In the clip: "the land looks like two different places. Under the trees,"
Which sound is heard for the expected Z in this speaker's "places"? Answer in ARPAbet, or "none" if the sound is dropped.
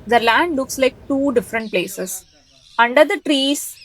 S